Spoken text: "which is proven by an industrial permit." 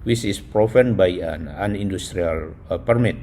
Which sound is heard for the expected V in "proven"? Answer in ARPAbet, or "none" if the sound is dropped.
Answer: F